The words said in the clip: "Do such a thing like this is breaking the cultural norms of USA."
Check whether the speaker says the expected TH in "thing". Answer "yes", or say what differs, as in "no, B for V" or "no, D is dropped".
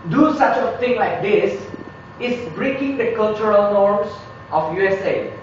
no, T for TH